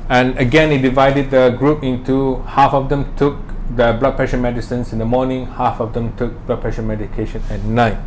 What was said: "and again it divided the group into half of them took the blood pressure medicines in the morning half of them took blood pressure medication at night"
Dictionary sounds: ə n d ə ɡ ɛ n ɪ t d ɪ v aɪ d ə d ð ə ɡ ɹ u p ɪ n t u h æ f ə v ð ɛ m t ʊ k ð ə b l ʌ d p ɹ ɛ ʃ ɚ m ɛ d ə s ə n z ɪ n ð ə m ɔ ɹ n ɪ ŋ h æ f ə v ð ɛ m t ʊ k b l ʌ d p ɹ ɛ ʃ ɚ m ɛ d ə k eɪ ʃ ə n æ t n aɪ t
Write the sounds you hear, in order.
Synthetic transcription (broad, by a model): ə n ə ɡ ɛ n ɪ t d ɪ v aɪ d ə d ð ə ɡ ɹ u p ɪ n t u h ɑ f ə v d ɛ m t ʊ k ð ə b l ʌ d p ɹ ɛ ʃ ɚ m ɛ d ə s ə n s ɪ n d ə m ɔ n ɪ ŋ h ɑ f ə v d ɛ m t ʊ k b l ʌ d p ɹ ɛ ʃ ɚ m ɛ d ə k eɪ ʃ ə n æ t n aɪ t